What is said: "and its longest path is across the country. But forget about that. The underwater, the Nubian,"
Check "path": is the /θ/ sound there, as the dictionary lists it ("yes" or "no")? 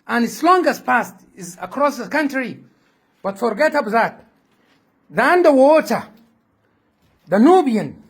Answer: no